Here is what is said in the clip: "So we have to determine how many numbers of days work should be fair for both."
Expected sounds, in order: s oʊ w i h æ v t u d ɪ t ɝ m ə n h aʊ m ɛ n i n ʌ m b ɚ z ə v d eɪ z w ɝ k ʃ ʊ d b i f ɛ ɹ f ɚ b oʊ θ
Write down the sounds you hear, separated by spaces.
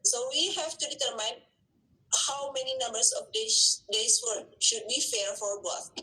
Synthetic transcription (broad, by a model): s oʊ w i h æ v t u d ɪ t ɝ m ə n h aʊ m ɛ n i n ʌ m b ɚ s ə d d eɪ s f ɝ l ʃ ʊ d b i f ɛ ɹ f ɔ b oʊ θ